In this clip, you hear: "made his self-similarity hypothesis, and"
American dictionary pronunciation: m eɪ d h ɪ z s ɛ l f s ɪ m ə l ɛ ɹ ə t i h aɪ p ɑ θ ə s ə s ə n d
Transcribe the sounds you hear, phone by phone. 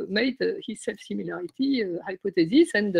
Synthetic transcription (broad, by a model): m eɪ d h ɪ z s ɛ l f s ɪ m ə l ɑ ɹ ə t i h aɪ p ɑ t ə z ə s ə n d